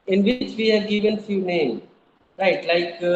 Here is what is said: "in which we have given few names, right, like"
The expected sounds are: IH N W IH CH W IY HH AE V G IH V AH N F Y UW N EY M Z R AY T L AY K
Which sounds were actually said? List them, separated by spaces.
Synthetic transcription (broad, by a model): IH N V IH CH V IY HH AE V G IH V AH N F Y UW N EY M R AY T L AY K